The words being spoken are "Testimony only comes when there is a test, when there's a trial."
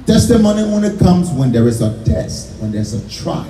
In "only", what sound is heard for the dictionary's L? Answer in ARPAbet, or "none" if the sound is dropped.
none